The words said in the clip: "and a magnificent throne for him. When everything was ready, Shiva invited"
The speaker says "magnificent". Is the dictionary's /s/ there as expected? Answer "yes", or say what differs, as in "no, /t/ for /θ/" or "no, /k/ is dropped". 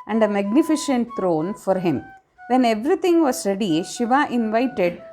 no, /ʃ/ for /s/